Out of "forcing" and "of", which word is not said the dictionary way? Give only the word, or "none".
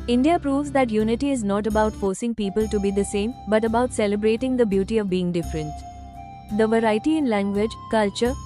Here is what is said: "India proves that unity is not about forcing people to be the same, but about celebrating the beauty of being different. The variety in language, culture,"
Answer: none